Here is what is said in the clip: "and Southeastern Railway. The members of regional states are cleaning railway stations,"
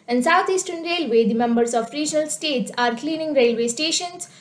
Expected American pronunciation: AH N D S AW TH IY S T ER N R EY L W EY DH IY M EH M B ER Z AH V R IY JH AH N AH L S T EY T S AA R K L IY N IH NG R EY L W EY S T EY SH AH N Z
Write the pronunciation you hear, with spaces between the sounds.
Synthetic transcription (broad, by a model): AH N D S AW T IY S T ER N R EY L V EY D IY M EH M B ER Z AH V R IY JH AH N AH L S T EY T S AA R K L IY N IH NG R EY L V EY S T EY SH AH N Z